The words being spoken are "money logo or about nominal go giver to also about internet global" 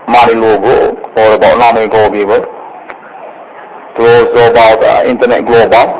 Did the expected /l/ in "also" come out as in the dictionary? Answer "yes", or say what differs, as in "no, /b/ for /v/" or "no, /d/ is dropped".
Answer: no, /l/ is dropped